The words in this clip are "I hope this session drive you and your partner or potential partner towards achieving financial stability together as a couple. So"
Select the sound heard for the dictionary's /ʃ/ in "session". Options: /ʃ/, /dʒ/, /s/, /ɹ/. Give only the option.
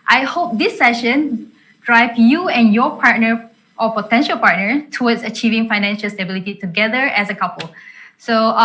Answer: /ʃ/